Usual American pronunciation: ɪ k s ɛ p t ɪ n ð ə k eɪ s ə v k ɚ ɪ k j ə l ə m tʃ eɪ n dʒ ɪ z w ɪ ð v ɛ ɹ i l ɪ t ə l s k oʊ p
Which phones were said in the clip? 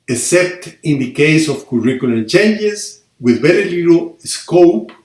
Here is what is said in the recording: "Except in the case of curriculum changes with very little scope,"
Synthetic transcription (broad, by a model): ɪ s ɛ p t ɪ n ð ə k eɪ s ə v k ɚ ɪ k j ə l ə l tʃ eɪ n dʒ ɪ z w ɪ ð b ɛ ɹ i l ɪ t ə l s k oʊ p